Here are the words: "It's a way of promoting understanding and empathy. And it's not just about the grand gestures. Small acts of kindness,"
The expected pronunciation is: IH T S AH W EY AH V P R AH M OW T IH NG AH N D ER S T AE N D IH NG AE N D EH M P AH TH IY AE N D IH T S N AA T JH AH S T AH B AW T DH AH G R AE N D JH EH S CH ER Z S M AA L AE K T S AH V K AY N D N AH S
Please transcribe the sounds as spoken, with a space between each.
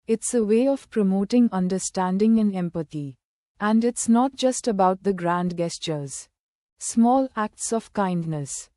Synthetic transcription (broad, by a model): IH T S AH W EY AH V P R AH M OW T IH NG AH N D ER S T AE N D IH NG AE N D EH M P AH T IY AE N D IH T S N AA T JH AH S T AH B AW T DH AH G R AE N D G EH S CH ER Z S M AA L AE K T S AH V K AY N D N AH S